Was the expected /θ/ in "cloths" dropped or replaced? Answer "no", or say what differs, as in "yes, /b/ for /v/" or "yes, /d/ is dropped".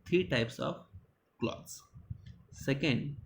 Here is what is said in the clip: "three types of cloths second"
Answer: yes, /t/ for /θ/